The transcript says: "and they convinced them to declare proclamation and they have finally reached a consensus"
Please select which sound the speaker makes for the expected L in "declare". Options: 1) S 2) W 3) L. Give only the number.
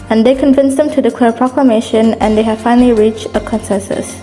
2